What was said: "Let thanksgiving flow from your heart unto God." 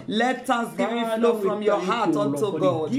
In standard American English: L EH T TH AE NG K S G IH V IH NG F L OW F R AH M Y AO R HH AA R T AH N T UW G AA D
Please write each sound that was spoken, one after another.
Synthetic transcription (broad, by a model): L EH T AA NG S G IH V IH F L OW F R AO M Y AO HH AA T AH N T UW G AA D